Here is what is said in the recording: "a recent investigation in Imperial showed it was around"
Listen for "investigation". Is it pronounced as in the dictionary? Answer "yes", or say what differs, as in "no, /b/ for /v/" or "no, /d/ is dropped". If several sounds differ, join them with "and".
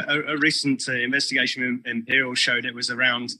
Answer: no, /ʃ/ is dropped